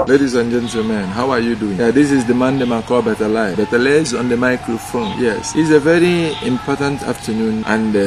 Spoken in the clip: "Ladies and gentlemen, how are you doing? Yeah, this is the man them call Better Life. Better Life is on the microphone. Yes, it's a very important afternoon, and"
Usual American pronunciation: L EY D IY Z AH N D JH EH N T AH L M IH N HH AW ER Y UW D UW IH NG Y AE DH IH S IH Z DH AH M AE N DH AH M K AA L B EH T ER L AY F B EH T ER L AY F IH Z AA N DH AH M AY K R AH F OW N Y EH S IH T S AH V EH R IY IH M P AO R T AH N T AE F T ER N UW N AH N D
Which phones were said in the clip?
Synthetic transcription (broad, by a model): L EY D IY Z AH N JH EH N T AH L M IH N HH AW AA Y UW D UW IH NG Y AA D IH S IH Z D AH M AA N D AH M K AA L B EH T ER L AY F B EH T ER L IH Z AA N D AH M AY K R AH F OW N Y EH S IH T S AH V EH R IY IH M P AO T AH N T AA F T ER N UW N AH N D